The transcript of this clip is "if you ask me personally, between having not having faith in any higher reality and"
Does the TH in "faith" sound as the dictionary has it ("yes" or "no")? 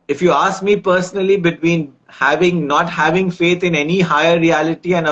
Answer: no